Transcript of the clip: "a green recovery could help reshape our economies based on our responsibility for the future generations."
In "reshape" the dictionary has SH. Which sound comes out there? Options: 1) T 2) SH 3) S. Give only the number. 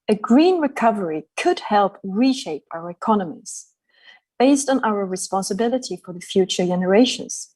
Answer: 2